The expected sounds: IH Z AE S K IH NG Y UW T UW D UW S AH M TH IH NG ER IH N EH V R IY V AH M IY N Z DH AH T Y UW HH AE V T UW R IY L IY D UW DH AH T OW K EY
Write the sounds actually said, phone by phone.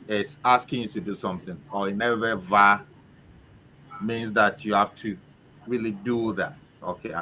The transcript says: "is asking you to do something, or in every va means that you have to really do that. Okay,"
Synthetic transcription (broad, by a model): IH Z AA S K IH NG Y UW T UW D UW S AH M TH IH NG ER IH N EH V IY V AH M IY N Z DH AH T Y UW HH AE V T UW R IY L IY D UW DH AH T OW K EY